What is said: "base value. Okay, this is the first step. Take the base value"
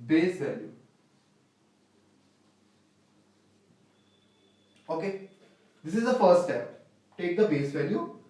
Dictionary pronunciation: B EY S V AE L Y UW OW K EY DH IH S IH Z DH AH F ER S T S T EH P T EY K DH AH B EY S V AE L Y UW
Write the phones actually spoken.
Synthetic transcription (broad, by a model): B EY S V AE L Y UW OW K EY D IH S IH Z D AH F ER T S T EH P T EY K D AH B EY S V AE L Y UW